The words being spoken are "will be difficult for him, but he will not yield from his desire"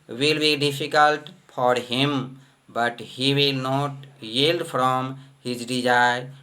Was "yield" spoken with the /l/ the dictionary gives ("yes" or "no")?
yes